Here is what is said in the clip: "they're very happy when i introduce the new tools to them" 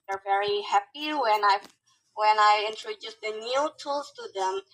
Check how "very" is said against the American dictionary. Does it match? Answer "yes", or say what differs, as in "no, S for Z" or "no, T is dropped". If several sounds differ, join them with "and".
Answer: yes